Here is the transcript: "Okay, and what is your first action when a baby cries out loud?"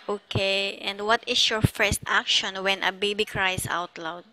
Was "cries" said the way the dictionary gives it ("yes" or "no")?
no